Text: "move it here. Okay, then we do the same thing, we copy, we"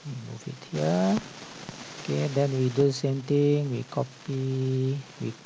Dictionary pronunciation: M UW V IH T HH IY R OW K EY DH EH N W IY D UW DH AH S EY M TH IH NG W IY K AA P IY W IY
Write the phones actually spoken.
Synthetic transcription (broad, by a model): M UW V IH T HH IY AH OW K EY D EH N W IY D UW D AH S EY M T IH NG W IY K AA P IY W IY